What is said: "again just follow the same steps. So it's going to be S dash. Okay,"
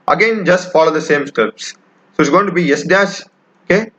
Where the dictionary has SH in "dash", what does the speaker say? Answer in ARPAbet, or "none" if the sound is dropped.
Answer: S